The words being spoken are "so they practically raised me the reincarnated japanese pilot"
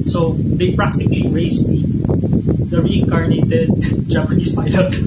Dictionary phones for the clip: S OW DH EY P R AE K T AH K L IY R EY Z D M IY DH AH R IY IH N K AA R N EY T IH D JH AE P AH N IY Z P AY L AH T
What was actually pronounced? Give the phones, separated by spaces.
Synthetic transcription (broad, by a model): S OW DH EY P R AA K T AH K L IY R EY S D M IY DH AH R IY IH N K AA R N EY T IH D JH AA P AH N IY S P AY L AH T